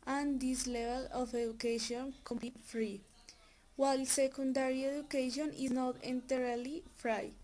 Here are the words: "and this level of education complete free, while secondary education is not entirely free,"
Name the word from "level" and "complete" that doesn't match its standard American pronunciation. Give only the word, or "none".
complete